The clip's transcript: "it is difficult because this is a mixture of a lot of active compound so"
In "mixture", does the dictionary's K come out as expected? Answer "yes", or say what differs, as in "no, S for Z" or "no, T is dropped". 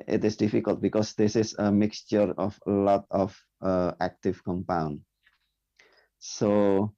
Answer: yes